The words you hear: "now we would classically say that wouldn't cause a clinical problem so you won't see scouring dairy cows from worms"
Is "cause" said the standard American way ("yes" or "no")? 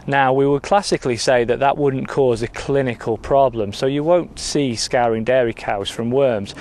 yes